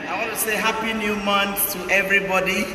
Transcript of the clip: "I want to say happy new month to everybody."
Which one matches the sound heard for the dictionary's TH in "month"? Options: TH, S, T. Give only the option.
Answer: S